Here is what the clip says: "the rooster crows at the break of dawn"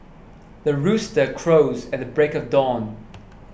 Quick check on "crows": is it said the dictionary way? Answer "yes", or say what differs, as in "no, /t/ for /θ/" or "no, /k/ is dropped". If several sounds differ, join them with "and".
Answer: yes